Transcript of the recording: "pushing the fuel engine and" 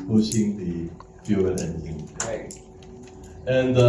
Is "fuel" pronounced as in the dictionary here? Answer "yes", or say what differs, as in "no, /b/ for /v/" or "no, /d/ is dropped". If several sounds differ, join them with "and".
no, /n/ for /l/